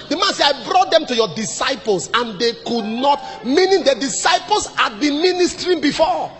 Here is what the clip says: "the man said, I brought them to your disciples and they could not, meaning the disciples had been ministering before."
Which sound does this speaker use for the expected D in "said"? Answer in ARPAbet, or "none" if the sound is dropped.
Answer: none